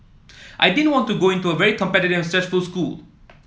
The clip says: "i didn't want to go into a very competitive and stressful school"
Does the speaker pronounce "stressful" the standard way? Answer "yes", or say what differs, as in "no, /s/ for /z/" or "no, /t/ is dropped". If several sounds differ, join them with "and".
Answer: no, /ɹ/ is dropped